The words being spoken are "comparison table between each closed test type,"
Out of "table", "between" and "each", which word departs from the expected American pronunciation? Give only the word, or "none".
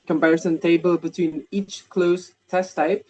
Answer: none